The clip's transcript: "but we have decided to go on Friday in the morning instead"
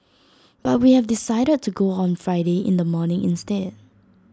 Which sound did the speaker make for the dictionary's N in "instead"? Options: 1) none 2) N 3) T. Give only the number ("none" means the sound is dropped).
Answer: 2